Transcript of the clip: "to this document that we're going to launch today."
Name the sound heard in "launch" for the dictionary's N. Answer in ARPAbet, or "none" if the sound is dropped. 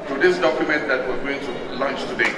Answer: N